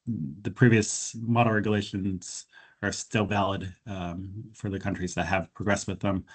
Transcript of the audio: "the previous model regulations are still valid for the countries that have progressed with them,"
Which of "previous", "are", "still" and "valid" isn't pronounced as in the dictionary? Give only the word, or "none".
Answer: none